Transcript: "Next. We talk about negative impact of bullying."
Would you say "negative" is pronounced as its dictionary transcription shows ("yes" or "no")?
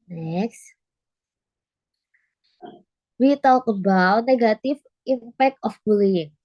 no